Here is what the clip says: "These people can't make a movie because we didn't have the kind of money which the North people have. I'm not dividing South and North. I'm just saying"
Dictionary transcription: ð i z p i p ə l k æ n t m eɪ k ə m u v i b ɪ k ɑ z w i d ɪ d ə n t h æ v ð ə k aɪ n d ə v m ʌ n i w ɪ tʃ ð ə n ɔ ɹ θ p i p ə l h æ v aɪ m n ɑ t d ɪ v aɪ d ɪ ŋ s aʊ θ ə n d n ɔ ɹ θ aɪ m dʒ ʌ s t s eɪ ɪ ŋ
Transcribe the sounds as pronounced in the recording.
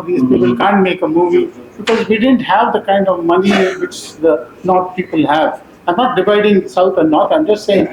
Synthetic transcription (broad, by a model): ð i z p i p ə l k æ n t m eɪ k ə m u v i b ɪ k ɑ z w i d ɪ d ə n t h æ v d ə k aɪ n d ə v m ʌ n i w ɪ tʃ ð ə n ɔ ɹ t p i p ə l h æ v aɪ m n ɑ t d ɪ v aɪ d ɪ ŋ s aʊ t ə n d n ɔ ɹ t aɪ m dʒ ʌ s t s eɪ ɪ ŋ